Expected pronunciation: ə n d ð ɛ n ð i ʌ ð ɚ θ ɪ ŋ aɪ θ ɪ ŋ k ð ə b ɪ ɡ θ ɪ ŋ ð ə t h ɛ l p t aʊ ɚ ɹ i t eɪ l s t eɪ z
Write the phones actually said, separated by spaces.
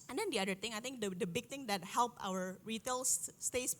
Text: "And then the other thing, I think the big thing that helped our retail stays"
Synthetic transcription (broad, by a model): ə n d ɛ n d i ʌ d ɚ t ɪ ŋ aɪ t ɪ ŋ k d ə b ɪ ɡ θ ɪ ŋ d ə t h ɛ l p aʊ ɚ ɹ i t eɪ l s t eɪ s